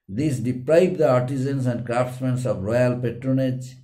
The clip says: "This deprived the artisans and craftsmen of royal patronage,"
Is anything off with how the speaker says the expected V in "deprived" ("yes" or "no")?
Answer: yes